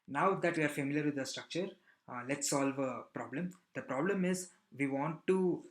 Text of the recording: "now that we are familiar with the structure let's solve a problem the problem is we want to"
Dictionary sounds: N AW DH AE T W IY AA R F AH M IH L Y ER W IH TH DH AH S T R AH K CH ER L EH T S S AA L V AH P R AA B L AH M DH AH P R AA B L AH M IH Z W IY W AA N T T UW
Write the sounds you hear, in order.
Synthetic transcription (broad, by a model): N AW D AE T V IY AA R F AH M IH L Y ER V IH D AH S T R AH K CH ER L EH T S S AA L V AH P R AA B L AH M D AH P R AA B L AH M IH Z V IY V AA N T T UW